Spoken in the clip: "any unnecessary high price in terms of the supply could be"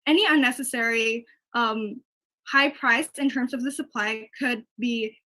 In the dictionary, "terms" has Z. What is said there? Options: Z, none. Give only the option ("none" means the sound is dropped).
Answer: Z